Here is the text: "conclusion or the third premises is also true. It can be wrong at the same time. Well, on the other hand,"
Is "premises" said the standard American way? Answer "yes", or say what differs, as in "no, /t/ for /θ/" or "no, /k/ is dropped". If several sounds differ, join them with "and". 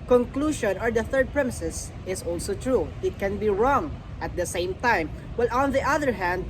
no, /s/ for /z/